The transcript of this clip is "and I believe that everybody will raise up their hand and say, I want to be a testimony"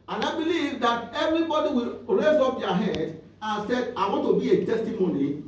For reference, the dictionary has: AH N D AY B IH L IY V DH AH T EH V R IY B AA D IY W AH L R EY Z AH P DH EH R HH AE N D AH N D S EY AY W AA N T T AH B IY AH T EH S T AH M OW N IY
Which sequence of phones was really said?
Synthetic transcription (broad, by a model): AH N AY B IH L IY V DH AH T EH V R IY B AA D IY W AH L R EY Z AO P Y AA HH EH D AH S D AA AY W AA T T AH B IY AH T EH S T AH M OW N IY